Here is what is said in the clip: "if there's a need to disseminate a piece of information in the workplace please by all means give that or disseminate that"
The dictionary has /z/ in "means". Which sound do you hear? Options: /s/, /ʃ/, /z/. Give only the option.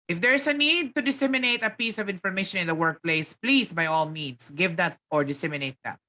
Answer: /s/